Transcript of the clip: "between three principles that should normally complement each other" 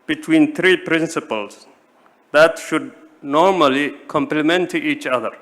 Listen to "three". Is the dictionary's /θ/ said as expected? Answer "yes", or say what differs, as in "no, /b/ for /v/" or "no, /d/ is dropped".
no, /t/ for /θ/